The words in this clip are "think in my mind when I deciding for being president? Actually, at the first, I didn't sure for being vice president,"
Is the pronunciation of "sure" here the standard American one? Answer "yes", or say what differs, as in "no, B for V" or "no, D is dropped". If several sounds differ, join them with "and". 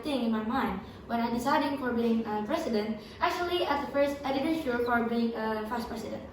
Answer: no, L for R